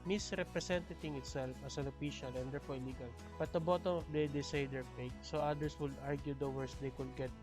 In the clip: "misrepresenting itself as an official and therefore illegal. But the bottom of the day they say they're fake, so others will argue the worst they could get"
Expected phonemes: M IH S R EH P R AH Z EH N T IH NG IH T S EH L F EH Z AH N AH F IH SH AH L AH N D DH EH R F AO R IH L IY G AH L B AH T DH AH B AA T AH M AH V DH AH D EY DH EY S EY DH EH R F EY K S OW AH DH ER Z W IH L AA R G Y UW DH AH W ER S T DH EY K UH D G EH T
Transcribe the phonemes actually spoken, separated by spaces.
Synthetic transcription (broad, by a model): M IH S R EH P R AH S EH N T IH NG IH T S EH L F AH S AH N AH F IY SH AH L AH N D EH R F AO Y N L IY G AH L B AH T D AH B AA T AH M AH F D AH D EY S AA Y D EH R P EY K S OW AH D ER S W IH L AA R G Y UW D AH W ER S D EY K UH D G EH T